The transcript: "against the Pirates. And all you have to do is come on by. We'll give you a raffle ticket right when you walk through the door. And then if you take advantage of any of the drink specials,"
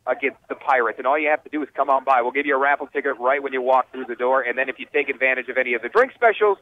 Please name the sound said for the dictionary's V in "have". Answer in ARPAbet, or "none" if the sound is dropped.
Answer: F